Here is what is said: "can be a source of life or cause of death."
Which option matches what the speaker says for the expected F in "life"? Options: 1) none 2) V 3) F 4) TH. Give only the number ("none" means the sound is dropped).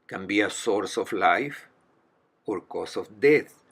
3